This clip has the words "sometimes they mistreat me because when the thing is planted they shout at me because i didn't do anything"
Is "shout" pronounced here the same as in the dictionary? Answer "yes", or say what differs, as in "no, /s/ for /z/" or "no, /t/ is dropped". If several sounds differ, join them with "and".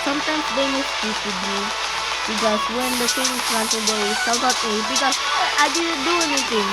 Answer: no, /s/ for /ʃ/